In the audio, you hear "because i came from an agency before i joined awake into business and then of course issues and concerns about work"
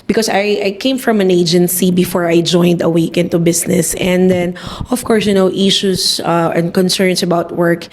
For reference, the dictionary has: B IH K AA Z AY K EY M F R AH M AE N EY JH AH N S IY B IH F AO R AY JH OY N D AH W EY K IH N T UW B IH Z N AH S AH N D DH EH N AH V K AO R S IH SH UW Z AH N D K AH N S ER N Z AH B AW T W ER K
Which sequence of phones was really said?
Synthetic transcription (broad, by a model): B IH K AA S AY K EY M F R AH M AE N EY JH AH N S IY B IH F AO R AY JH OY N D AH W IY K IH N T UW B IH S N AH S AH N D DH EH N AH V K AO R S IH SH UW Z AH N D K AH N S ER N S AH B AW T W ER K